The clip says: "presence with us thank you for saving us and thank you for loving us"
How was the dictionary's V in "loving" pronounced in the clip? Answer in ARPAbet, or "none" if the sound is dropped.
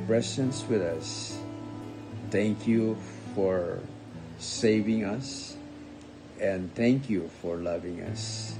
V